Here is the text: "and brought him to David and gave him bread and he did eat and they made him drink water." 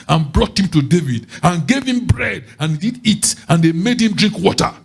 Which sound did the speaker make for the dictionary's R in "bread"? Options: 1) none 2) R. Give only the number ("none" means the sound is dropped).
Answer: 2